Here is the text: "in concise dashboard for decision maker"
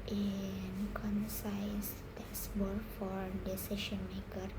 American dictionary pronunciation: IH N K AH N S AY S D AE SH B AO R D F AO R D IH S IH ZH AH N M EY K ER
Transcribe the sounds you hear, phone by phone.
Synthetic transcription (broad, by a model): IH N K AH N S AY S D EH S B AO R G F AO R D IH S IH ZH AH N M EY K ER